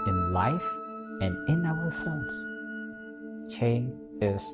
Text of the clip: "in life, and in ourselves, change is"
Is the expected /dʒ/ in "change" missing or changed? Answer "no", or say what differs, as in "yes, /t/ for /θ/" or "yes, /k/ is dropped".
yes, /dʒ/ is dropped